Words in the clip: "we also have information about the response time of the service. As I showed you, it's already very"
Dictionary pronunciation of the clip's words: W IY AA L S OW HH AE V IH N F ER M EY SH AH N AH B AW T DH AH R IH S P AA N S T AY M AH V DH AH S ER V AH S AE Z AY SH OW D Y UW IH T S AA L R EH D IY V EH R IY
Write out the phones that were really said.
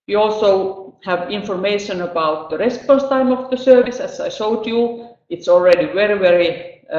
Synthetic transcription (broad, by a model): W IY AA L S OW HH AE V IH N F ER M EY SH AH N AH B AW T DH AH R IH S P AA N S T AY M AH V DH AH S ER V AH S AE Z AY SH OW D Y UW IH T S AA L R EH D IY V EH R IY